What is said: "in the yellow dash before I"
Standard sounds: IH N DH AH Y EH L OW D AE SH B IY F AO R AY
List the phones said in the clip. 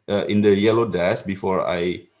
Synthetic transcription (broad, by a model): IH N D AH Y EH L OW D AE S B IY F AO R AY